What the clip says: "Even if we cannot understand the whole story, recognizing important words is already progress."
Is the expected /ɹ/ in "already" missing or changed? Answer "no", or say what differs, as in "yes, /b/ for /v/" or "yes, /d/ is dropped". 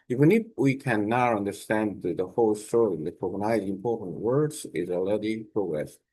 yes, /ɹ/ is dropped